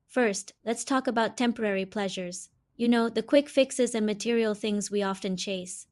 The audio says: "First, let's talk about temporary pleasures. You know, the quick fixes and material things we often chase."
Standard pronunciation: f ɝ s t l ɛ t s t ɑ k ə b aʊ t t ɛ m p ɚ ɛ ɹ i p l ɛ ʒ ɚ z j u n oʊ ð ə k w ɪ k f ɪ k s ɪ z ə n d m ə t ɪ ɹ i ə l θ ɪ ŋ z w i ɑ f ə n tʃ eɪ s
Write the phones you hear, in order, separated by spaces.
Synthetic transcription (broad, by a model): f ɝ s t l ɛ t s t ɑ k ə b aʊ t t ɛ m p ɚ ɛ ɹ i p l ɛ ʒ ɚ z j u n oʊ ð ə k w ɪ k f ɪ k s ɪ z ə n m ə t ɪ ɹ i l θ ɪ ŋ z w i ɑ f ə n tʃ eɪ s